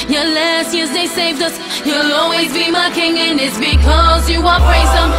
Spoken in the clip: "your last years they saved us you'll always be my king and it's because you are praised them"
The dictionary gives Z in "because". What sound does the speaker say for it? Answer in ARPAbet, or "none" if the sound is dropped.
Z